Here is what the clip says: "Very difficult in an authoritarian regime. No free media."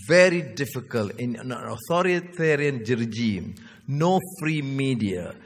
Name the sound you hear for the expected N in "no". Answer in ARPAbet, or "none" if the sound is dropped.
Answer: N